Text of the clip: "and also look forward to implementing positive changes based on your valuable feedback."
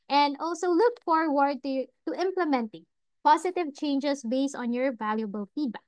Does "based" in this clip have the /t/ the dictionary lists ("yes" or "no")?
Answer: yes